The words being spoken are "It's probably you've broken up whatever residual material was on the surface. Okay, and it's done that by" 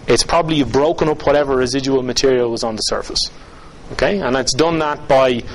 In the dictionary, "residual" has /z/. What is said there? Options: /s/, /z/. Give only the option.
/z/